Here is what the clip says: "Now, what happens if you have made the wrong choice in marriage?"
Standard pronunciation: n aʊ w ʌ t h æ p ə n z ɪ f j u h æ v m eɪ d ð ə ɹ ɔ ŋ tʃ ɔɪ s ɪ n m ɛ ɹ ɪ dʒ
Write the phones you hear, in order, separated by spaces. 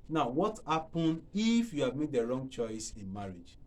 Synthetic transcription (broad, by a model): n aʊ w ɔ t h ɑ p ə n ɪ f j u h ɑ v m eɪ d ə ɹ ɔ ŋ tʃ ɔɪ s ɪ n m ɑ ɹ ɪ dʒ